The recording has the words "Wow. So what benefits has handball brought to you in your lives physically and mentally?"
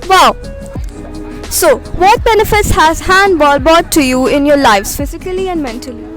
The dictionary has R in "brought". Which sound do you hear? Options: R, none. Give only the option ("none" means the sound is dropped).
none